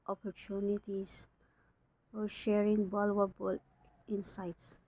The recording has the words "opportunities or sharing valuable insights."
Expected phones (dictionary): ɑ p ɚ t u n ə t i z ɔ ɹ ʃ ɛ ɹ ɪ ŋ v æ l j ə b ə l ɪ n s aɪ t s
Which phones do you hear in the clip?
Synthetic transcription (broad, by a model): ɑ p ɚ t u n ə t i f ɔ ɹ ʃ ɛ ɹ ɪ ŋ b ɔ l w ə b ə l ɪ n s aɪ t s